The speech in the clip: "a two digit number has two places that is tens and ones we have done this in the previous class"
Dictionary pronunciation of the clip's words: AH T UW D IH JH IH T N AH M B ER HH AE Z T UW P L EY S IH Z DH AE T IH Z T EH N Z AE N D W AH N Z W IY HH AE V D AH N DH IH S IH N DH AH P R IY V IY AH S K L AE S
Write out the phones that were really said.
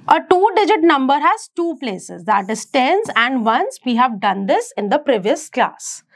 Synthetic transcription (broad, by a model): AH T UW D IH JH IH T N AH M B ER HH AE Z T UW P L EY S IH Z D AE T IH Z T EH N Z AE N D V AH N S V IY HH AE V D AH N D IH S IH N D AH P R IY V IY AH S K L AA S